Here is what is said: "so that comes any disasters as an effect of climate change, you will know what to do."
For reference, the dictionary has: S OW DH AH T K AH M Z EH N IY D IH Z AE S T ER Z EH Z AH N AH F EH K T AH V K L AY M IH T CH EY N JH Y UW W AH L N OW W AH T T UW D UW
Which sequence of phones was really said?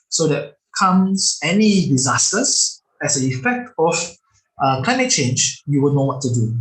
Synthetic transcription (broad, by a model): S OW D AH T K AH M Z EH N IY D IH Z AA S T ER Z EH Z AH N AH F EH K T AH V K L AY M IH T CH EY N JH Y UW W AH L N OW W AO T T UW D UW